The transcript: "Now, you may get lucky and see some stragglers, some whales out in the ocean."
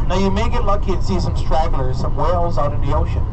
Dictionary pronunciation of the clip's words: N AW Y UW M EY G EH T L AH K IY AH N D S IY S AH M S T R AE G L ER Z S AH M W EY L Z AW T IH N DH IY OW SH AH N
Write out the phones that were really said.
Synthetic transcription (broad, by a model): N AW Y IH M EY G EH T L AH K IY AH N S IY S AH M S T R AE G L ER Z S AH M W EY L Z AW T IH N DH IY OW SH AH N